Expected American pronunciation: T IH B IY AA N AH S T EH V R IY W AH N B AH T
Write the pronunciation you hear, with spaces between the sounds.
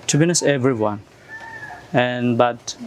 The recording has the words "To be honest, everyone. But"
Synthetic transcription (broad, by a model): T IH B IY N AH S EH V R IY W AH N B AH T